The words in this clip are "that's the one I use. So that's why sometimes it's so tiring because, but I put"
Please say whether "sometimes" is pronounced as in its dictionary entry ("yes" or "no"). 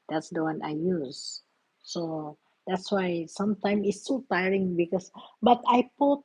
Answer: no